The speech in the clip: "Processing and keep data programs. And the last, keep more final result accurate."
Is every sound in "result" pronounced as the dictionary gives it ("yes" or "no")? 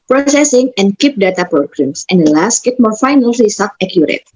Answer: no